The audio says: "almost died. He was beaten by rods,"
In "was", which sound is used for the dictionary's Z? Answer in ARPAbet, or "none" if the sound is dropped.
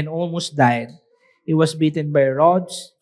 S